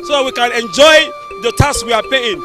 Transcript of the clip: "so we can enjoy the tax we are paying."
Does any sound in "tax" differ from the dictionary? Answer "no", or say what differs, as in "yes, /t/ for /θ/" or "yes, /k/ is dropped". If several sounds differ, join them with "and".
yes, /k/ is dropped